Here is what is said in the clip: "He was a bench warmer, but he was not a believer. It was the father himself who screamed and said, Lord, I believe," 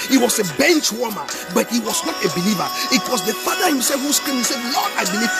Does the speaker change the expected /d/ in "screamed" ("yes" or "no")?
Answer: yes